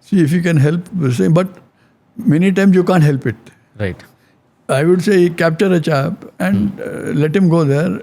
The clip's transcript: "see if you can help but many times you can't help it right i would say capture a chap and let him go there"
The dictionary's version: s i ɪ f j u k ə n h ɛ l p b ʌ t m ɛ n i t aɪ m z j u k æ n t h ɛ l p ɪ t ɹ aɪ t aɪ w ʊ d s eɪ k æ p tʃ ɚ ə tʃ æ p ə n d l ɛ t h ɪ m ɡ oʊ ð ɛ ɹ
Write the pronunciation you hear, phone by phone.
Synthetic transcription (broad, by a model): s i ɪ f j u k ə n h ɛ l p b ʌ t m ɛ n i t aɪ m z j u k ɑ n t h ɛ l p ɪ t ɹ aɪ t aɪ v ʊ d s eɪ k æ p tʃ ɚ ə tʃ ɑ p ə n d l ɛ t h ɪ m ɡ oʊ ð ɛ ɹ